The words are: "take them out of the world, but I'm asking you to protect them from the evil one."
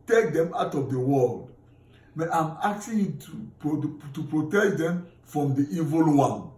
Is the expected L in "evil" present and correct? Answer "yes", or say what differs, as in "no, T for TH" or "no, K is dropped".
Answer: yes